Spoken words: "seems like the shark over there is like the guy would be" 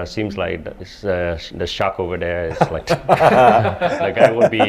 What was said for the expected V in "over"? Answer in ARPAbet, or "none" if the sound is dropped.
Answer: V